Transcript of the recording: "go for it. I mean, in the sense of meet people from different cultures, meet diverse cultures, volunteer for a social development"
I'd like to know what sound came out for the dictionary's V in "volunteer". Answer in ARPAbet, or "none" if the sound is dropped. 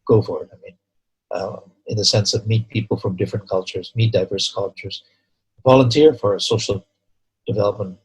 V